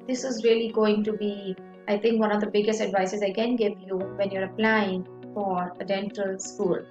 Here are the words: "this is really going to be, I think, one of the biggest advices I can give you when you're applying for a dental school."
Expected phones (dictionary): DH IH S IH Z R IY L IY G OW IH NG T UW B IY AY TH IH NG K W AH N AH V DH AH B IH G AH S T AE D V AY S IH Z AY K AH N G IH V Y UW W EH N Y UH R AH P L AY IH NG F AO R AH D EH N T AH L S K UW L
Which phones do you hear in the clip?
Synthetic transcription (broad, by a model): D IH S IH Z R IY L IY G OW IH NG T UW B IY AY T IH NG K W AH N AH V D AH B IH G AH S T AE D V AY S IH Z AY K AH N G IH V Y UW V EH N Y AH R AH P L AY IH NG F AO R AH D EH N T AH L S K UW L